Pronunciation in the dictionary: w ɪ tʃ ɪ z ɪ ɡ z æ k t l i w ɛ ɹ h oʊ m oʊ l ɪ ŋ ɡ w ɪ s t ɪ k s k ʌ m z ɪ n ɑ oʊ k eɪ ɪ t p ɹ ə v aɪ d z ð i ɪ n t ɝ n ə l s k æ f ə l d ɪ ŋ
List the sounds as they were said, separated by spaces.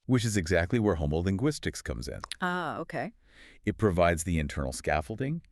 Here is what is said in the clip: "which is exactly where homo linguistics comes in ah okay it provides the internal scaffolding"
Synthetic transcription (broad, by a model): w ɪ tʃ ɪ z ɪ ɡ z æ k t l i w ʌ ɹ h oʊ m oʊ l ɪ ŋ ɡ w ɪ s t ɪ k s k ʌ m z ɪ n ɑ oʊ k eɪ ɪ t p ɹ ə v aɪ d z ð i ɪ n t ɝ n l s k æ f l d ɪ ŋ